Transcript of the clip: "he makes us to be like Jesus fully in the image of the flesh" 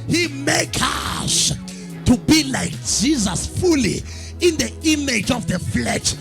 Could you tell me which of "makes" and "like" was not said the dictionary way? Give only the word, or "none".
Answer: makes